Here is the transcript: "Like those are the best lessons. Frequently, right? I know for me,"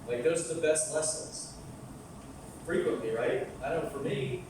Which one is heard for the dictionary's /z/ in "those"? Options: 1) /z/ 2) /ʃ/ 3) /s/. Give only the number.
1